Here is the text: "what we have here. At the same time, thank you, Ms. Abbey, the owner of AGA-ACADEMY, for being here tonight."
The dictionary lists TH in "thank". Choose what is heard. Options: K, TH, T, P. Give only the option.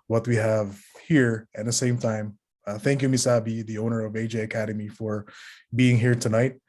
TH